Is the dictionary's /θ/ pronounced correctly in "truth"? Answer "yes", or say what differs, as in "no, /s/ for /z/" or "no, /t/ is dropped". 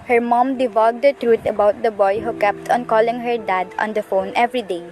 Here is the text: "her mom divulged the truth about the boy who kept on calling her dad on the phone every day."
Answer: no, /t/ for /θ/